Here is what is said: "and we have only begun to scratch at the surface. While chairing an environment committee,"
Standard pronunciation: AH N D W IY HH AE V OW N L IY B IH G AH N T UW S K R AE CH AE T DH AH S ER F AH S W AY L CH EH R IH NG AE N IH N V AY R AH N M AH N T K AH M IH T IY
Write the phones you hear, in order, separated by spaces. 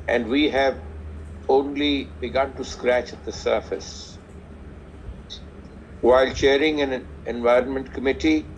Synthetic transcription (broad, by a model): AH N D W IY HH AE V OW N L IY B IH G AH N T UW S K R AE CH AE T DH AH S ER F AH S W AY L CH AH R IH NG AE N IH N V AY R AH N M AH N T K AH M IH T IY